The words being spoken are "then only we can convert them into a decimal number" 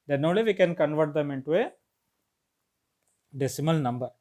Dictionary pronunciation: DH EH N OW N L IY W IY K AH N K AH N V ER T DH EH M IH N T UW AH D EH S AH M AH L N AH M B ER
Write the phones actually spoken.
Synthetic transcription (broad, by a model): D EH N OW L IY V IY K AH N K AH N V ER T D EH M IH N T UW AH D EH S AH M AH L N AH M B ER